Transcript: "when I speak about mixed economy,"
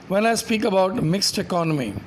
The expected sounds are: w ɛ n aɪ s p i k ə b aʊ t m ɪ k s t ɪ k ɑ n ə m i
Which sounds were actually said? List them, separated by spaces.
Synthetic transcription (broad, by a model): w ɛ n aɪ s p i k ə b aʊ t m ɪ k s t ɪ k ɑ n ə m i